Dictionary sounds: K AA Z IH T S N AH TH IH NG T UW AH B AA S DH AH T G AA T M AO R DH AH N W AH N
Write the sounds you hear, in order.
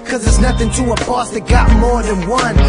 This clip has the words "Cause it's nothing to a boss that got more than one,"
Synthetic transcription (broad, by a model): K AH Z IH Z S N AH TH IH NG T UW AH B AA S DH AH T G AA T M AO R DH AH N W AH N